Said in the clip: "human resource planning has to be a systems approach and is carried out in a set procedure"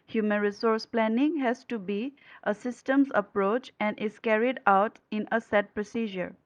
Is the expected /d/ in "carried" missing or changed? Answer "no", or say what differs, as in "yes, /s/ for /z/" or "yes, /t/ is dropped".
no